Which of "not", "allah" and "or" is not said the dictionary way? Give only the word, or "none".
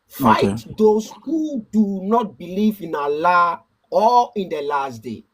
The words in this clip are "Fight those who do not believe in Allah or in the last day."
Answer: or